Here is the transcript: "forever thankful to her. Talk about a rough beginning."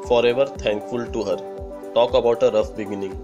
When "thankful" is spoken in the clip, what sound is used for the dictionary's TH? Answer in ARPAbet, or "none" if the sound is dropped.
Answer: T